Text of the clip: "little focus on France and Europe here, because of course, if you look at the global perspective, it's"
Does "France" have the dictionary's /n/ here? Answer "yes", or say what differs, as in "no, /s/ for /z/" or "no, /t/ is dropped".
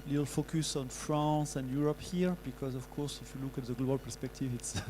no, /n/ is dropped